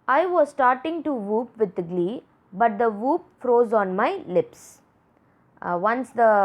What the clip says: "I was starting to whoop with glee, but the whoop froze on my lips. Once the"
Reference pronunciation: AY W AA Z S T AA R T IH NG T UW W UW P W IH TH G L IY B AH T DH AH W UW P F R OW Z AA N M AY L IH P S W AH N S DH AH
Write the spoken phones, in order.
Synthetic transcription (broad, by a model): AY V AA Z S T AA R T IH NG T UW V UW P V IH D G L IY B AH T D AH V UW P F R OW Z AA N M AY L IH P S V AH N S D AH